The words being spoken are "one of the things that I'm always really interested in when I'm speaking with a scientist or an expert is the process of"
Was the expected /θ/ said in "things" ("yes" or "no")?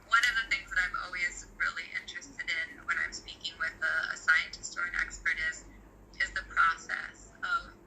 yes